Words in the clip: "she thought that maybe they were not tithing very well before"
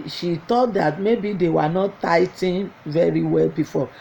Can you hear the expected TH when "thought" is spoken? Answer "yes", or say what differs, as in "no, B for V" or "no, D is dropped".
no, T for TH